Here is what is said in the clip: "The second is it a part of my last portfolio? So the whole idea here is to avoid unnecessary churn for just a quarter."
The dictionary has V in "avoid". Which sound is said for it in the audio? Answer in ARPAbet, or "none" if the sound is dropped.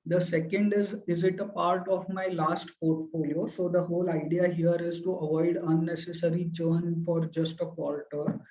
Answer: V